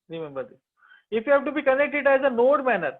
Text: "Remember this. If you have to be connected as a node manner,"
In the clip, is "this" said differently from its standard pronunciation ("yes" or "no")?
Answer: yes